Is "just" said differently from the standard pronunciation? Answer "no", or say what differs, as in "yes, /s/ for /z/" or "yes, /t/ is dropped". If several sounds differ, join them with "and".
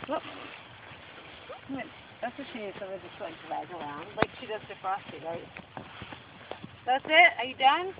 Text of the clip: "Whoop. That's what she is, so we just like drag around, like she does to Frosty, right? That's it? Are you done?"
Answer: yes, /z/ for /dʒ/